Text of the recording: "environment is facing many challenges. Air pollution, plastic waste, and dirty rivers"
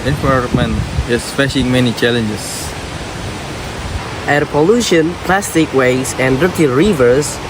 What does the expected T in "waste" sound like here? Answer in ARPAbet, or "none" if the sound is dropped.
none